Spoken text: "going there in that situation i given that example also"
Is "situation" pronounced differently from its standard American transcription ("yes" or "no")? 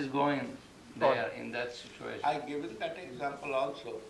yes